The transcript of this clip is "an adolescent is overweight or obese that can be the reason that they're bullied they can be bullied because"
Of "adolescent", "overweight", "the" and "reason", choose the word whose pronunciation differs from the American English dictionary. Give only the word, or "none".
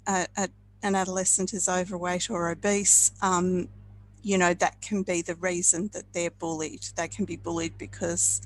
none